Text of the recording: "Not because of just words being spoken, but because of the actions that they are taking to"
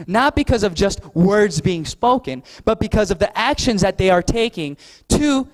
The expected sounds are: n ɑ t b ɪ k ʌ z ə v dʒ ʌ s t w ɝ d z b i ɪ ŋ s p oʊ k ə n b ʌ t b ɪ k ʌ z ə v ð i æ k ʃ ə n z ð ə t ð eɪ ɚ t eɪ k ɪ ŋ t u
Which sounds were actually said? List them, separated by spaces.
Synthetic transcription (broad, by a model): n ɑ t b ɪ k ʌ z ə v dʒ ʌ s t w ɝ d z b i ɪ ŋ s p oʊ k ə n b ʌ t b ɪ k ʌ z ə v ð i æ k ʃ ə n z ð ə t ð eɪ ɚ t eɪ k ɪ ŋ t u